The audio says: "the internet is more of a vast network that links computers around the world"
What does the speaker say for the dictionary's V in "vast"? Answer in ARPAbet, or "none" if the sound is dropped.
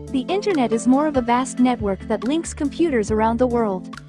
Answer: V